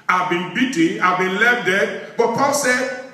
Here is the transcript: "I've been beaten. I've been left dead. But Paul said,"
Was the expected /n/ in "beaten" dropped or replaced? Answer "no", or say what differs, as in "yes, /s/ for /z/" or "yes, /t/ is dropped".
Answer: yes, /n/ is dropped